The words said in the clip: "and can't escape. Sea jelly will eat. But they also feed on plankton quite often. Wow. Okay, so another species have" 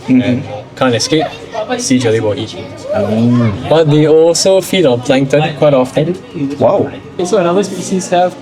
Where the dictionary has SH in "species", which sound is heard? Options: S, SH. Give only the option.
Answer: S